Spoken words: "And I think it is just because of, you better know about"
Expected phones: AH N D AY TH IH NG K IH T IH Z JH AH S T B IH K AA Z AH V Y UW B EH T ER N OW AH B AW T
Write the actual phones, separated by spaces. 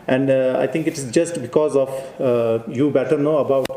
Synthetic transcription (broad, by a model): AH N D AY T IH NG K IH T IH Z JH AH S T B IH K AA Z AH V Y UW B EH T ER N OW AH B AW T